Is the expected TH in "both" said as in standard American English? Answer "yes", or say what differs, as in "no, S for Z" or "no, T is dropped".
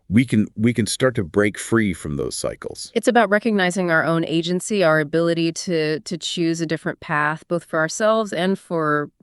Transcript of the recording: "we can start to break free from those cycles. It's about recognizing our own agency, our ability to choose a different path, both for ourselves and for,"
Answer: yes